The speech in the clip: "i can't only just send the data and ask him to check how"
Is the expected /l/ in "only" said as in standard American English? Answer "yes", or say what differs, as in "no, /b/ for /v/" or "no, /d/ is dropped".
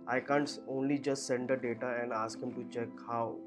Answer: yes